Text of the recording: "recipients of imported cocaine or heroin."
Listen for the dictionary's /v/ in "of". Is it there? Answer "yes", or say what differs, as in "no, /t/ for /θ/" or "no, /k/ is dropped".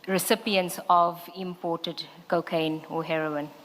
yes